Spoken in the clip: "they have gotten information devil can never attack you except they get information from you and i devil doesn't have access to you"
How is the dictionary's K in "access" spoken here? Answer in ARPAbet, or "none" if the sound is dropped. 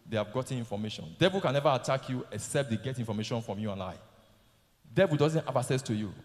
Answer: none